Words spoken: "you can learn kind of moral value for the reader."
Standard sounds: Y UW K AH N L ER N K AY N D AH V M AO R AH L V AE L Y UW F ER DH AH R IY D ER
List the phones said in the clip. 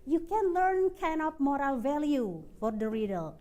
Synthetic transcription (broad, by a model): Y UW K AH N L ER N K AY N AH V M AO R AH L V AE L Y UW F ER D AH R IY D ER